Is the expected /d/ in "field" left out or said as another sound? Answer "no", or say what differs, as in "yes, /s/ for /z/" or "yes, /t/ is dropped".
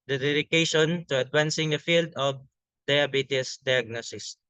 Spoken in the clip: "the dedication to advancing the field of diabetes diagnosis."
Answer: no